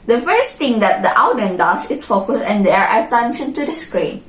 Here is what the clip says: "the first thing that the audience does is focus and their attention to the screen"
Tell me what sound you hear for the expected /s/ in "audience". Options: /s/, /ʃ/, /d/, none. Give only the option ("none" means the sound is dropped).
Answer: none